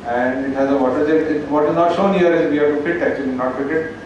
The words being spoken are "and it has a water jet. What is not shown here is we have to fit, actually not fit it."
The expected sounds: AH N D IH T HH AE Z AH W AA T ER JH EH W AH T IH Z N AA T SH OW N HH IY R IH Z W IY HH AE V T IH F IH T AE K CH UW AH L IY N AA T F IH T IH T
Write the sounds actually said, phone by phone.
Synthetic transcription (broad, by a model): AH N D IH T HH AE Z AH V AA T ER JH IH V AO T IH Z N AA T SH OW N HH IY R IH Z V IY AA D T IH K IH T AE K CH UW AH L IY N AA T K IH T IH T